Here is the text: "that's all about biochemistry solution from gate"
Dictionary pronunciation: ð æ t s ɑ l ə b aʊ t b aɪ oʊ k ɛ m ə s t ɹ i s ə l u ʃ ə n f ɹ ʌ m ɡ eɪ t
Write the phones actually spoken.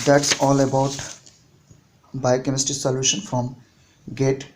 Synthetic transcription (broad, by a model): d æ t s ɑ l ə b aʊ t b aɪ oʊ k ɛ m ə s t i s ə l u ʃ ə n f ɹ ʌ m ɡ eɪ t